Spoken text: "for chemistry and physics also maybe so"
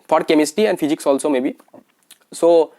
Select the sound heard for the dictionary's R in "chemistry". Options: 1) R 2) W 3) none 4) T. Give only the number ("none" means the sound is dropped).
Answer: 3